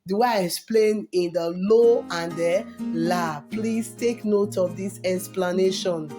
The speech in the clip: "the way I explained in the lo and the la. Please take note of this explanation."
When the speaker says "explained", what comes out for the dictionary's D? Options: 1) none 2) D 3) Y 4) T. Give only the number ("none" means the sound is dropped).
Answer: 1